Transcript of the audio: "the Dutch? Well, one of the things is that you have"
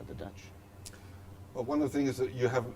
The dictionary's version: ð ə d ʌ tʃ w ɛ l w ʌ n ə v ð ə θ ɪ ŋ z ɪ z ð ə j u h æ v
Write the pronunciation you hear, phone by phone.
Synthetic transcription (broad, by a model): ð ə d ʌ tʃ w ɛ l w ʌ n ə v ð ə θ ɪ ŋ ɪ z ð ə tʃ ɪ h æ v